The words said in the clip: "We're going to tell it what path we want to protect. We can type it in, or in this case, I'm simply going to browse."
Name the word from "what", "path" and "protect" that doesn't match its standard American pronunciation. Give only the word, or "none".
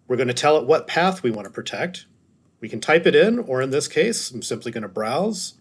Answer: none